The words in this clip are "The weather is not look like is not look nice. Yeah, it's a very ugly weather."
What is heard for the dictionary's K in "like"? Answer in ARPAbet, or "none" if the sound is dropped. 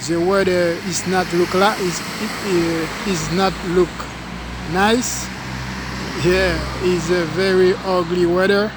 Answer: none